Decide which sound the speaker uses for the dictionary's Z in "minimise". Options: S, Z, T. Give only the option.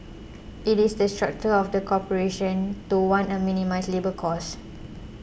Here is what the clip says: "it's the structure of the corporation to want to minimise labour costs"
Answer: S